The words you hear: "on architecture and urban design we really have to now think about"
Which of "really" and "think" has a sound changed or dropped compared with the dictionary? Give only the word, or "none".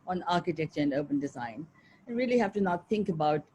none